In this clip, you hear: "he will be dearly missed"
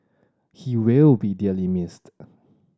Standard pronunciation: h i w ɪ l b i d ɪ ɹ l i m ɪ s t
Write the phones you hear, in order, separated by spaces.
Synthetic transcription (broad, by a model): h i w ɪ l b i d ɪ l i m ɪ s t